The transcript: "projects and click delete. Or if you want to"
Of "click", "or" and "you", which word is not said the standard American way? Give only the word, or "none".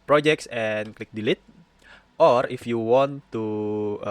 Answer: none